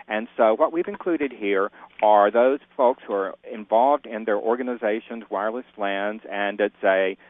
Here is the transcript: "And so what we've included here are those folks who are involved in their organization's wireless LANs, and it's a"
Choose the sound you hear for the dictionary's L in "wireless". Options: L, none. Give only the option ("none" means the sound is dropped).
L